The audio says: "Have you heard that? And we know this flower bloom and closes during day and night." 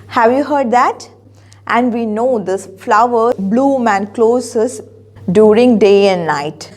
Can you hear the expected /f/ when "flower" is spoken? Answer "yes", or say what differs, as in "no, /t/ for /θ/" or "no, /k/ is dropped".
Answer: yes